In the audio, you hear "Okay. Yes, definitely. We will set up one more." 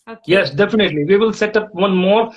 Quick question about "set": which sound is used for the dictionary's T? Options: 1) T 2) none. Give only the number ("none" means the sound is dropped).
1